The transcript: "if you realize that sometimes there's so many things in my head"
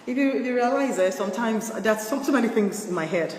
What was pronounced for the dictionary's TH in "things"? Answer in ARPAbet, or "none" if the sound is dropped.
TH